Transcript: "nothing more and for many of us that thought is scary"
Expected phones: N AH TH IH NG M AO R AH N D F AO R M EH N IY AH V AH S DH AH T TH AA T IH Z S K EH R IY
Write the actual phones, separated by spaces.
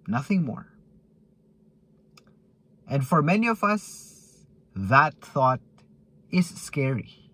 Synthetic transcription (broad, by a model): N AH TH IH NG M AO R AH N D F AO R M EH N IY AH V AH S DH AH T TH AA T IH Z S K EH R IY